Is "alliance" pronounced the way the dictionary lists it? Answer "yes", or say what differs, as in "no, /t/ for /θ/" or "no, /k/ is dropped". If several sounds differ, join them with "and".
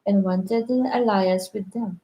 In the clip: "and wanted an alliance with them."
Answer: no, /n/ is dropped